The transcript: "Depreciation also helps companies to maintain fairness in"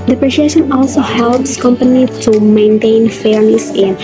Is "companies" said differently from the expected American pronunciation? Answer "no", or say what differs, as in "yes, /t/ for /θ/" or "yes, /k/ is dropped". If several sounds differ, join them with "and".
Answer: yes, /z/ is dropped